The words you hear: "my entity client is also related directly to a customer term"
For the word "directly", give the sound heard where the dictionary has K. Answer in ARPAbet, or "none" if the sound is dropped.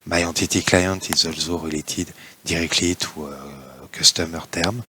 K